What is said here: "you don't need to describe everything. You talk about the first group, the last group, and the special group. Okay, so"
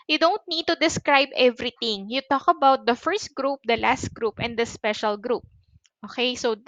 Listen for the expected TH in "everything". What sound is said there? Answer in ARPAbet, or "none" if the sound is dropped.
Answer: T